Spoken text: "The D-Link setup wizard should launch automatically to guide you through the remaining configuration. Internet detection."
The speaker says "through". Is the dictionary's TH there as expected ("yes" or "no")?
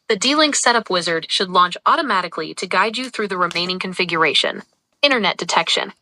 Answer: yes